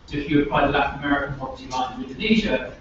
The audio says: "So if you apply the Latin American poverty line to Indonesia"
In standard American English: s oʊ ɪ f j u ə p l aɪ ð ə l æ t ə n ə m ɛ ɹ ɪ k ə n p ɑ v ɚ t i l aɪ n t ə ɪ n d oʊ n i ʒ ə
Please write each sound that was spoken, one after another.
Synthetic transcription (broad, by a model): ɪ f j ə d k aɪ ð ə l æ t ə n ə m ɛ ɹ ɪ k ə n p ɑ p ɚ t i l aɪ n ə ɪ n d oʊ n i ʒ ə